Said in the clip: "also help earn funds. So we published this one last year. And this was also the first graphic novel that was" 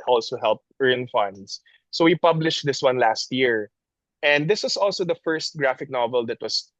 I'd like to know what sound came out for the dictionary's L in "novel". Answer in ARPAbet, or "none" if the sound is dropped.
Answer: L